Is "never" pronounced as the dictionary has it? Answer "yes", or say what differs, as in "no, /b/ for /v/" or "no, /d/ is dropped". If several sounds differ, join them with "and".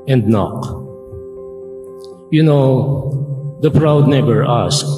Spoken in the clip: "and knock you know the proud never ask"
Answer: no, /b/ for /v/